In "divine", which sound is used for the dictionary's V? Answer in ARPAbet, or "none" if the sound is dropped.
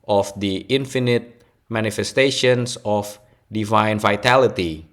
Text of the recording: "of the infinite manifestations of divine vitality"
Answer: V